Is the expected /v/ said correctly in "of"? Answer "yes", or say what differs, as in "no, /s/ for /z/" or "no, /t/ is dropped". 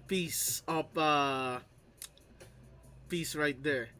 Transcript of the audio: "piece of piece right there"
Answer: no, /p/ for /v/